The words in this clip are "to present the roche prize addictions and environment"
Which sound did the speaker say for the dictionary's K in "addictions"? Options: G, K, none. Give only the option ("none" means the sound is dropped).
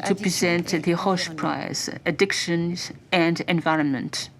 K